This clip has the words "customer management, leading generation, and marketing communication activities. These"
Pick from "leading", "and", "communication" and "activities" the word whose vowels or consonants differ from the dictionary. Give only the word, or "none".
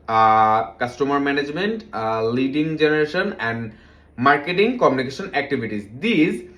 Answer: activities